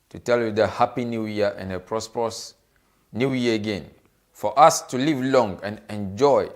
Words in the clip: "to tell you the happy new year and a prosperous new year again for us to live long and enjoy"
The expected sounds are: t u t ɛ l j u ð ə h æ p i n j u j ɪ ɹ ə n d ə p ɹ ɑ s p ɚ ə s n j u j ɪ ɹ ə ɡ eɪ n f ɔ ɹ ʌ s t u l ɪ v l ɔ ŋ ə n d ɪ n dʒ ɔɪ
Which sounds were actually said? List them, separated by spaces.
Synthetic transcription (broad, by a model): t u t ɛ l j u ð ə h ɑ p i n j u j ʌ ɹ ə n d ə p ɹ ɑ s p ɚ ə s n j u j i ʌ ə ɡ eɪ n f ɔ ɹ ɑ s t u l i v l ɔ ŋ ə n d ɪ n dʒ ɔɪ